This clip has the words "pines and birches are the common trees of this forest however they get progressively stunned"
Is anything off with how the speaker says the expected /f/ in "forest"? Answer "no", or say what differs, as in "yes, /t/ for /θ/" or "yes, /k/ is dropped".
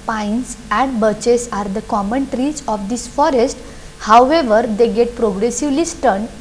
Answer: no